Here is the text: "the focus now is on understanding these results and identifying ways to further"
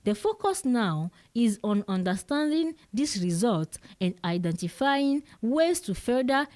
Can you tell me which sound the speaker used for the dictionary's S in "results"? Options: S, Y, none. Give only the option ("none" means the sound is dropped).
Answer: none